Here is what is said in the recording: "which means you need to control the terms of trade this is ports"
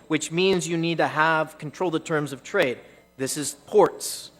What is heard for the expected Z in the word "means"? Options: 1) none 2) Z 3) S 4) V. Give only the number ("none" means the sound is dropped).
2